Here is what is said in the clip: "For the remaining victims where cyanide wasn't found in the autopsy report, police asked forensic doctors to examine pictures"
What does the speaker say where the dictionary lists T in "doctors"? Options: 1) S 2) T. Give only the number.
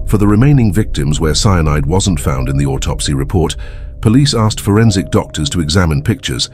2